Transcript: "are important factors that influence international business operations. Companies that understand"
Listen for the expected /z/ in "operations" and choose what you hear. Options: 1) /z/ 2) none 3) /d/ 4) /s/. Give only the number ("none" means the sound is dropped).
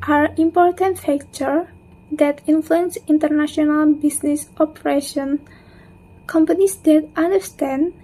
2